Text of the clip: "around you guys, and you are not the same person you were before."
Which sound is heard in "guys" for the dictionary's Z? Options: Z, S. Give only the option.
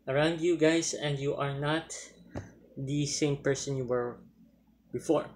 S